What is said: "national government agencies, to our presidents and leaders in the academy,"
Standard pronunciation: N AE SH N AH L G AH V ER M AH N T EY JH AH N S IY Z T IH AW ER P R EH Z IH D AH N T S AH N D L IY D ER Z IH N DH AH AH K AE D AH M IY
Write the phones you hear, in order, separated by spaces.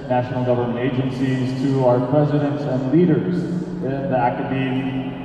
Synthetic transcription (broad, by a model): N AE SH N L G AH V ER M AH N T EY JH AH N S IY Z T IH AW ER P R EH Z IH D AH N T S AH N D L IY D ER Z IH N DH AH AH K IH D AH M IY